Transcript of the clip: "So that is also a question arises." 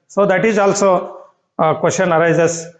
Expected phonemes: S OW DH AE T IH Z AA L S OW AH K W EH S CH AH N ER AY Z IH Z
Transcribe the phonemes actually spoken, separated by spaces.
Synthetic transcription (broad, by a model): S OW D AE T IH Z AA L S OW K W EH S SH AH N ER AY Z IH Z